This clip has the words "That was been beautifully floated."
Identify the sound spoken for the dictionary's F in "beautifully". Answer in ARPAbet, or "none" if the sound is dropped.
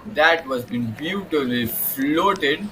none